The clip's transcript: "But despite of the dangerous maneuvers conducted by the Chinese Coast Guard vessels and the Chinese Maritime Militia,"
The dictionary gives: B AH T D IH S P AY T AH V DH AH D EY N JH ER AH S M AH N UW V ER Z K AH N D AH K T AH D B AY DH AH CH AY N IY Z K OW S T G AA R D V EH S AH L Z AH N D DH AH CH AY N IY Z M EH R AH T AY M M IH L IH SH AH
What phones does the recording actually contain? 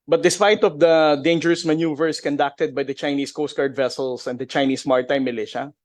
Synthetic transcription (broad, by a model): B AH T D IH S P AY T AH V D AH D EY N JH ER AH S M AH N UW V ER S K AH N D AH K T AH D B AY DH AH CH AY N IY S K OW S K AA R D V EH S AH L S AH N D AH CH AY N IY S M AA R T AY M M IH L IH SH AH